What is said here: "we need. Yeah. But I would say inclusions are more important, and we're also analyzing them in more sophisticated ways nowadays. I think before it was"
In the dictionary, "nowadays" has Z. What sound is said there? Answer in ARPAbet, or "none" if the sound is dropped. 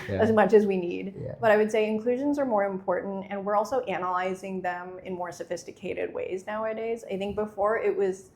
Z